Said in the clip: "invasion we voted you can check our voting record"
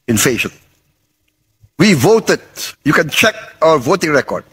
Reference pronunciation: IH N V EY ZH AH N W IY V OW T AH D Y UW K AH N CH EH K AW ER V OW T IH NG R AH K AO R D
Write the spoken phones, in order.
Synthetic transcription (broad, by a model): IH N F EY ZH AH N W IY V OW T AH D Y UW K AH N CH EH K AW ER V OW T IH NG R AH K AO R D